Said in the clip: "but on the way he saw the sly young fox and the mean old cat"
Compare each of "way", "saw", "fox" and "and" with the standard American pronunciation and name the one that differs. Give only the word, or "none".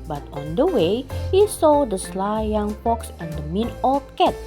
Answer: fox